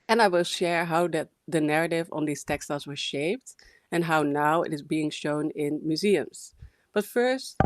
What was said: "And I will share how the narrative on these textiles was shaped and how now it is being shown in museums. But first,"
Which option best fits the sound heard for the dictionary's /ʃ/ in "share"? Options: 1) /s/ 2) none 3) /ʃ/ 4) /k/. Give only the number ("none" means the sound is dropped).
3